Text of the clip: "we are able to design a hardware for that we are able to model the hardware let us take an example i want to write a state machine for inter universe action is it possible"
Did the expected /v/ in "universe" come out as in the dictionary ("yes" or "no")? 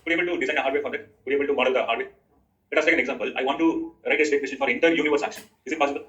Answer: yes